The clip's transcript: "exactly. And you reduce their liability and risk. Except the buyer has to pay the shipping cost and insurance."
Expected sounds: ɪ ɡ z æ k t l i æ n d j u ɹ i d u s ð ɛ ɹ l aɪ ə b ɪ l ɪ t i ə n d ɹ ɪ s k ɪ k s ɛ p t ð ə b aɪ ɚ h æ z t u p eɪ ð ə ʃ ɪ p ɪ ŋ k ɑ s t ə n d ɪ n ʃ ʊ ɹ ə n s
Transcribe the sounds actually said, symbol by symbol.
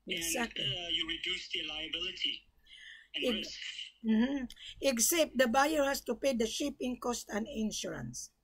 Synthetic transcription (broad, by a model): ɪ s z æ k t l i j u ɹ i d u s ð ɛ l aɪ ə b ɪ l ɪ t i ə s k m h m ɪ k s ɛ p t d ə b aɪ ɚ h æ s t u p eɪ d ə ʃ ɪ p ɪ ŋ k ɑ s t ə n d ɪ n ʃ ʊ ɹ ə n s